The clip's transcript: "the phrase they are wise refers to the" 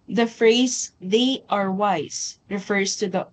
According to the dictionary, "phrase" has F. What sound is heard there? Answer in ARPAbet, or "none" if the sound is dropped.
F